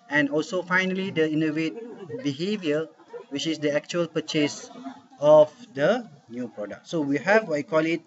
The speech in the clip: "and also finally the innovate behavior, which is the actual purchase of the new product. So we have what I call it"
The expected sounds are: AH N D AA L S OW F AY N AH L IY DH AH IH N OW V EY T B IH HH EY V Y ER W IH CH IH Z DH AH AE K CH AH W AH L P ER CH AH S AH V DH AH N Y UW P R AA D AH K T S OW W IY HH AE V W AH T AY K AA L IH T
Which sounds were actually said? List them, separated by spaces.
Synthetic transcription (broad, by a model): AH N AA L S OW F AY N AH L IY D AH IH N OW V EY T B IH HH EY V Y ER W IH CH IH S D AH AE K CH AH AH L P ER CH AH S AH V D AH N Y UW P R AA D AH K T S OW W IY HH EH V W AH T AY K AA L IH T